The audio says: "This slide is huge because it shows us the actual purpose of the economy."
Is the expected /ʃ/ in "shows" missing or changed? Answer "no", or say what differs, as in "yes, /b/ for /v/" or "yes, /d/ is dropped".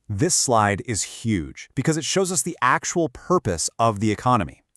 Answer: no